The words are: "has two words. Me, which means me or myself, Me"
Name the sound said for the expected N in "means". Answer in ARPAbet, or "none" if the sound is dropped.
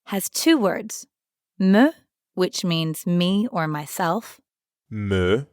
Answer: N